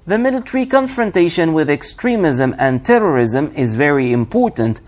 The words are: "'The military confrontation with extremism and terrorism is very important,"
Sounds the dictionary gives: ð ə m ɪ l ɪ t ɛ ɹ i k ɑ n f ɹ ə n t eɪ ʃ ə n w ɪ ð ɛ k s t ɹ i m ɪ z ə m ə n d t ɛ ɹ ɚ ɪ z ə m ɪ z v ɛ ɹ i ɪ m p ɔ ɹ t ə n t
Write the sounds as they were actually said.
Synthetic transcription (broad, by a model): ð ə m ɪ l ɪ t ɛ ɹ i k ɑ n f ɹ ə n t eɪ ʃ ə n w ɪ ð ɛ k s t ɹ i m ɪ z ə m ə n t ɛ ɹ ɚ ɪ z ə m ɪ z v ɛ ɹ i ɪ m p ɔ ɹ t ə n t